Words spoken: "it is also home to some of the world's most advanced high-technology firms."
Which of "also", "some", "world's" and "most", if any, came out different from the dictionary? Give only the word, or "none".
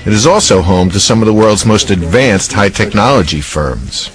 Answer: none